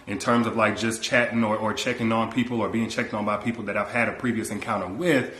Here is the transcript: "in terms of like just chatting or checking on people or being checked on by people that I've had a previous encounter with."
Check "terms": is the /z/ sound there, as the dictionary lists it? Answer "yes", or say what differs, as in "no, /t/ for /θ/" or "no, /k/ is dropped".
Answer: yes